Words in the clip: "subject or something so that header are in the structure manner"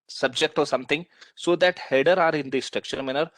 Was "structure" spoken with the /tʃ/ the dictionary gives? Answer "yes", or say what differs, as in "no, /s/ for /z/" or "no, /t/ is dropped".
no, /ʃ/ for /tʃ/